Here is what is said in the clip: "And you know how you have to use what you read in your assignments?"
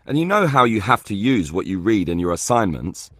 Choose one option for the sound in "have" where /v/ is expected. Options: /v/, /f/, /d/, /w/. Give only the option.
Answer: /f/